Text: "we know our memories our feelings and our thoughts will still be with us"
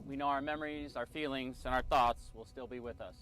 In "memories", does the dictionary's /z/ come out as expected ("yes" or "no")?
yes